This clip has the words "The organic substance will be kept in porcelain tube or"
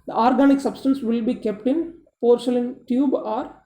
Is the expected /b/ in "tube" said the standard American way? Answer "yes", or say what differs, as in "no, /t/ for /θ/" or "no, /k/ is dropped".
yes